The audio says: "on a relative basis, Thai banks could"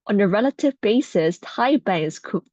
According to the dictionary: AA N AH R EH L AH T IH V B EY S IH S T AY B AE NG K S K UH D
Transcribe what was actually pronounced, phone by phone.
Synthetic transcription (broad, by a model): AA N AH R EH L AH T IH V B EY S IH S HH AY B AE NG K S K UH